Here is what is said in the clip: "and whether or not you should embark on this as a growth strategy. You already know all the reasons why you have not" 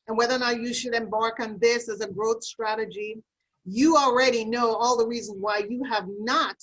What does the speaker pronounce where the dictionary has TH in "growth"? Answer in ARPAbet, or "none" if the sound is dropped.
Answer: TH